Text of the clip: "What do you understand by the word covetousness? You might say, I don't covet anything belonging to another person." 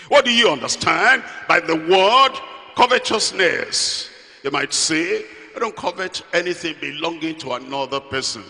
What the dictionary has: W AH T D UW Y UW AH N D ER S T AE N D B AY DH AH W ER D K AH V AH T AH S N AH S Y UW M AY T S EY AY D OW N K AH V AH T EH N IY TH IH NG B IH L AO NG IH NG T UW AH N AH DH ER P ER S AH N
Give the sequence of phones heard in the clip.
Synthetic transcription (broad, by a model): W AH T D UW Y UW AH N D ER S T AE N D B AY DH AH W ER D K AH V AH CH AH S N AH S Y UW M AY T S EY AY D OW N K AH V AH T EH N IY TH IH NG B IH L AO NG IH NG T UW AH N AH DH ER P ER S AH N